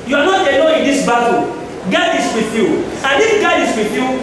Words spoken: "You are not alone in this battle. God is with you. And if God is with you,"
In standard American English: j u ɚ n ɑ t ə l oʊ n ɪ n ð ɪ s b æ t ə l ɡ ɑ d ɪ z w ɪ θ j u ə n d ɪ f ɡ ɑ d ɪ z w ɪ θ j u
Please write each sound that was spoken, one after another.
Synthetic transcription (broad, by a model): j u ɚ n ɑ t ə n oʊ ɪ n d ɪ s b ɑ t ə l ɡ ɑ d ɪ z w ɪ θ j u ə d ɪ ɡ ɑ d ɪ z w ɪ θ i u